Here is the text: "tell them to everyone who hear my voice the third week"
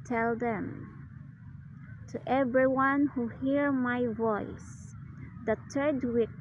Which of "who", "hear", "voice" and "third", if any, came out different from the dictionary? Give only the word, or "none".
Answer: third